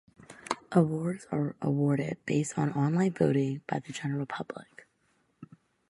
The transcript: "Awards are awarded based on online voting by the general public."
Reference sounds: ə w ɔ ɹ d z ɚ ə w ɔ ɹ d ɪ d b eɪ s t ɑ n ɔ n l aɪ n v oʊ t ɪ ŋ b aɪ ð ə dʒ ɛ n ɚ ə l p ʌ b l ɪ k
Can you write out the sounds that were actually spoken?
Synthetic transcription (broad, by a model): ə w ɔ ɹ d z ɚ ə w ɔ ɹ d ɪ d b eɪ s t n ɔ n l aɪ n v oʊ t ɪ ŋ b aɪ ð ə dʒ ɛ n ɚ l p ʌ b l ɪ k